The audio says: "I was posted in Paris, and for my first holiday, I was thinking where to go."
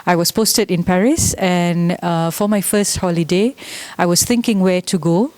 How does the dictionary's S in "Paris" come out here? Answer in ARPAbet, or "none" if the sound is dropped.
S